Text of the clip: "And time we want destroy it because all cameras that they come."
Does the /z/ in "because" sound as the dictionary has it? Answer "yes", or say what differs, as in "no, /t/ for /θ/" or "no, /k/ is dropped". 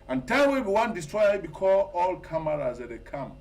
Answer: no, /z/ is dropped